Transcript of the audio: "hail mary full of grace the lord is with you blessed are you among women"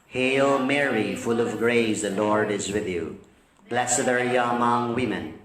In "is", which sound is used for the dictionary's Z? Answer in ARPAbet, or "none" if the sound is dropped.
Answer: Z